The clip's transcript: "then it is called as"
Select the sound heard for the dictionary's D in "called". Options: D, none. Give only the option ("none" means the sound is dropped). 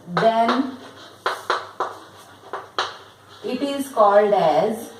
D